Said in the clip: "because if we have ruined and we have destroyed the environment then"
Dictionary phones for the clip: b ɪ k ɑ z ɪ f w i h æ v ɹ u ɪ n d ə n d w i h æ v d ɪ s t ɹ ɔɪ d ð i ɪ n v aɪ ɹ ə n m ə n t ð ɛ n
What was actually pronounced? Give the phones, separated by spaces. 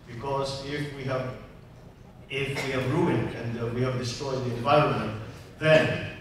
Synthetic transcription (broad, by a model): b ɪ k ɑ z ɪ f w i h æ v ɹ u ɪ n d ə n d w i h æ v d ɪ s t ɹ ɔɪ d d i ɪ n v aɪ ɹ ə n m ə n t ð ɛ n